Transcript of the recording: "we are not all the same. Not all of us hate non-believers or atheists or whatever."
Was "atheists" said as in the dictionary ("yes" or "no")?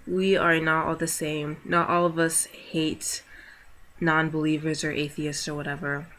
yes